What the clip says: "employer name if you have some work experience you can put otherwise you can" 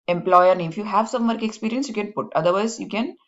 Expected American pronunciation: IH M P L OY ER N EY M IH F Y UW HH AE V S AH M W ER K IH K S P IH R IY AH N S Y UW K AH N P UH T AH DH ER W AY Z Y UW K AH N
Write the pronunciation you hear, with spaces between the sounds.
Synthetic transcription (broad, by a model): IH M P L OY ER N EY IH F Y UW HH AE V S AH M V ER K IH K S P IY R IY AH N S Y UW K AH N P UH T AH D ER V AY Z Y UW K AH N